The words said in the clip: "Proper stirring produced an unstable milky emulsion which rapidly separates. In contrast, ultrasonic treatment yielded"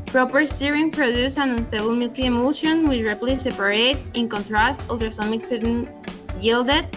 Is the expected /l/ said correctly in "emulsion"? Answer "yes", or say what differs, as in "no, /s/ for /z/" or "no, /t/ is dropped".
no, /l/ is dropped